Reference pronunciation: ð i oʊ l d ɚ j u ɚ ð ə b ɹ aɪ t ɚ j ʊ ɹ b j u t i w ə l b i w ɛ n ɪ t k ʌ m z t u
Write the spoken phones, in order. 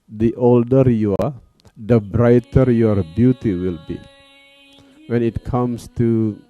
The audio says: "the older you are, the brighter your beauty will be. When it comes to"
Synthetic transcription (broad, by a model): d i oʊ l d ɚ j u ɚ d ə b ɹ aɪ t ɚ j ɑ ɹ b j u t i w ə l b i w ɛ n ɪ t k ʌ m s t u